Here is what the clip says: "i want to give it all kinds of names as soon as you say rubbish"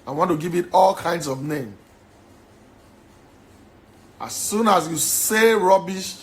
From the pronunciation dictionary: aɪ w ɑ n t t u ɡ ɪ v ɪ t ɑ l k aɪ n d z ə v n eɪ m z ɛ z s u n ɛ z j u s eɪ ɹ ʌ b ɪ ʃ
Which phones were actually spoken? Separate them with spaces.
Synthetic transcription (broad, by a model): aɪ w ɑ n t t u ɡ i v ɪ t ɑ l k aɪ n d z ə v n eɪ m ɑ s u n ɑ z j u s eɪ ɹ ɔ b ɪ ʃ